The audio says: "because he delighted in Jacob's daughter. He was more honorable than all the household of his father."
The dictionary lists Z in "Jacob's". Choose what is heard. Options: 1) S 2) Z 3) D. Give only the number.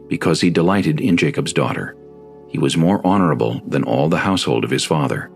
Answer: 2